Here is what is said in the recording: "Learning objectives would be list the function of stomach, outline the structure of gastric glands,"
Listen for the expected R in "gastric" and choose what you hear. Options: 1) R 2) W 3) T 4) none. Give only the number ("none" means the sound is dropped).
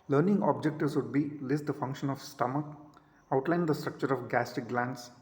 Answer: 4